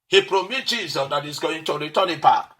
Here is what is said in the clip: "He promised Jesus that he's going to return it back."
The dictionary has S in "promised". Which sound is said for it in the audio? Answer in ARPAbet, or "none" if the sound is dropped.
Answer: none